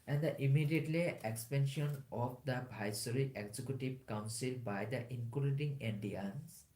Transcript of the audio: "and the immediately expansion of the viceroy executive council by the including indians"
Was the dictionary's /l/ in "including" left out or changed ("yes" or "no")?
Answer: yes